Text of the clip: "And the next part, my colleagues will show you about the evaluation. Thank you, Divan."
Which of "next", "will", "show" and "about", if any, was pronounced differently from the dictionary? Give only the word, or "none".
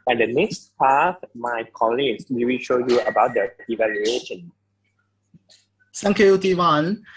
will